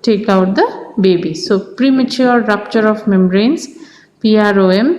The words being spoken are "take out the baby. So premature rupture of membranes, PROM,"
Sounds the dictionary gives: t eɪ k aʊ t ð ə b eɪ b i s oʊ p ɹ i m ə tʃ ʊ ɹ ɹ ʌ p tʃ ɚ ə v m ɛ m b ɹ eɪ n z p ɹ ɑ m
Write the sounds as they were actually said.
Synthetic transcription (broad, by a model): t eɪ k aʊ t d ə b eɪ b i s oʊ p ɹ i m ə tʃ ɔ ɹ ɹ ʌ p tʃ ɚ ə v m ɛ m ɹ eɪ n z p ɹ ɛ m